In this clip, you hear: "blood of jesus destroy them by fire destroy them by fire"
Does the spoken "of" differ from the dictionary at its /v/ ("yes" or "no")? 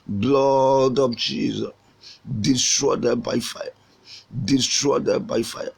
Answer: yes